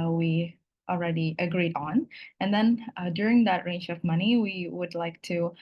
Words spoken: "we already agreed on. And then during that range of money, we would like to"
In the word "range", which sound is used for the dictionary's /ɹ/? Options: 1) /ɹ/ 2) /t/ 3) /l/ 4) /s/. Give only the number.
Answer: 1